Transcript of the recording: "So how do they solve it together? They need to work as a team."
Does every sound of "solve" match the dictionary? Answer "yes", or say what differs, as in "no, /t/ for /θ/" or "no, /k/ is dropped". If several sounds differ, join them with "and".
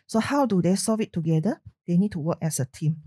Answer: no, /l/ is dropped